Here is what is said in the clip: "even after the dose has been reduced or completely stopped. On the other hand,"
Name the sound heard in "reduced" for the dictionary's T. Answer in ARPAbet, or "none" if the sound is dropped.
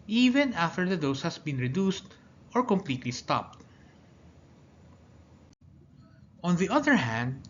T